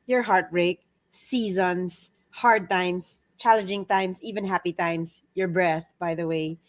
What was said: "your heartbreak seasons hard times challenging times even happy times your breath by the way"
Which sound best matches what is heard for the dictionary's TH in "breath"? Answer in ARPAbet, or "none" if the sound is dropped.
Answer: TH